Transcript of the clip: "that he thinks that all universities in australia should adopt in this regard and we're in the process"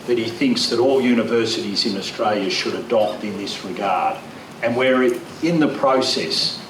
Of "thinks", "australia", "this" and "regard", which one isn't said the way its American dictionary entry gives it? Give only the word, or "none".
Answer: none